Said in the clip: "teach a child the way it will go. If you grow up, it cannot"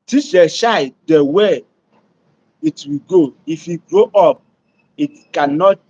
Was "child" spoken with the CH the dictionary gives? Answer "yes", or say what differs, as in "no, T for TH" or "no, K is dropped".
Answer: no, SH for CH